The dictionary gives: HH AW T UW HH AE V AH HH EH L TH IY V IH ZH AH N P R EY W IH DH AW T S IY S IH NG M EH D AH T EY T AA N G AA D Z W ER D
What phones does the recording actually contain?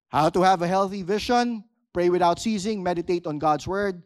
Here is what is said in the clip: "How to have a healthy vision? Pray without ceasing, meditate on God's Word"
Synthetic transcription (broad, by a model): HH AW T UW HH AE V AH HH EH L TH IY V IH SH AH N P R EY W IH DH AW T S IY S IH NG M EH D AH T EY T AA N G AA D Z W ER D